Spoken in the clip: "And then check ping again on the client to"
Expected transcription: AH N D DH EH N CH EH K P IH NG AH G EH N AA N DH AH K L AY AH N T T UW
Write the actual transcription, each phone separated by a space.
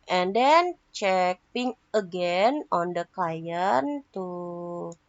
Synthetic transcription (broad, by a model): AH N D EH N CH EH K P IH NG AH G EH N AA N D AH K AY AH N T T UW